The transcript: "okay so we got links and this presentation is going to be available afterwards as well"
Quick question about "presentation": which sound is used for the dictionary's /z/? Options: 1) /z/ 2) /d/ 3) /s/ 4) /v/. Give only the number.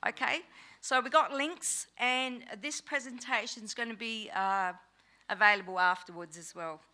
1